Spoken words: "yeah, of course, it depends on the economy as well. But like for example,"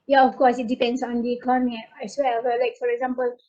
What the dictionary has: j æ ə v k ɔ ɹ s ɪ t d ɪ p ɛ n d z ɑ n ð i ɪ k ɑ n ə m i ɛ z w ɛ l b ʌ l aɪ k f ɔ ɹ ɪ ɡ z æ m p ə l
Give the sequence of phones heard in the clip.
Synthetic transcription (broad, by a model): j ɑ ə f k ɔ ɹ s ɪ t d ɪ p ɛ n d s ɑ n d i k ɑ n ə i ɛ s w ɛ l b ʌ l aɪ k f ɔ ɹ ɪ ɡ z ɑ m p ə l